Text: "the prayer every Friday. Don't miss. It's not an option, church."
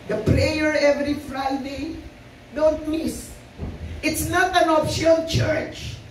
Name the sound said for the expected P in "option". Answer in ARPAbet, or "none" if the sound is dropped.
F